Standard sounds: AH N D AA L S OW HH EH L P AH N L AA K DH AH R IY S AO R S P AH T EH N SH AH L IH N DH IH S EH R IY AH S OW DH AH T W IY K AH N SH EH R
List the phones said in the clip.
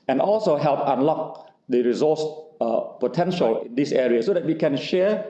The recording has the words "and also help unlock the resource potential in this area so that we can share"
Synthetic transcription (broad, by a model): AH N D AA L S OW HH EH L P AH N L AA K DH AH R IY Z AO S P AH T EH N SH AH L IH N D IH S EH R IY AH S OW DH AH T W IY K AH N SH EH